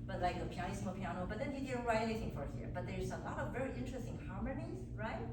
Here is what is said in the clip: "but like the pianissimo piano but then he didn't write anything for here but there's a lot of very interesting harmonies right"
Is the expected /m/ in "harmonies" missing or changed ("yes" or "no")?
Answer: no